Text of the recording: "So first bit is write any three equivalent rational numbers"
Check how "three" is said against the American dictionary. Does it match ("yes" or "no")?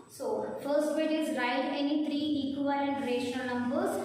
no